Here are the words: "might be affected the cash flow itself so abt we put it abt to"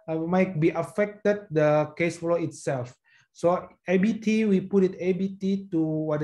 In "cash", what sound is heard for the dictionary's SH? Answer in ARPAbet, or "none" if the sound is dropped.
S